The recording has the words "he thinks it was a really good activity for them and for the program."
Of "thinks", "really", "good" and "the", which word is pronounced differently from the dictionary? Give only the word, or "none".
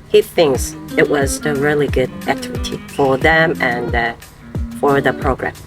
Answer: none